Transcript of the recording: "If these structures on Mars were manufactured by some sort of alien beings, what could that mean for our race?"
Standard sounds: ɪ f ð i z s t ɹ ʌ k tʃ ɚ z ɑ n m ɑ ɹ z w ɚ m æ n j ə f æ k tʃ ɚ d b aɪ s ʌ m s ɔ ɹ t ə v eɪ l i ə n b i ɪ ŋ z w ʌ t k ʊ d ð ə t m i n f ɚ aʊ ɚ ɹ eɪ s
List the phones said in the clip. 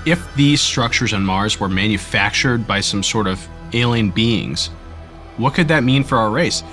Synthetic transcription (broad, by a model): ɪ f ð i z s t ɹ ʌ k tʃ ɚ z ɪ n m ɑ ɹ z w ɚ m æ n j ə f æ k tʃ ɚ d b aɪ s ʌ m s ɔ ɹ t ə v eɪ l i n b i ɪ ŋ z w ʌ t k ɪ d ð ə t m i n f ɚ aʊ ɚ ɹ eɪ s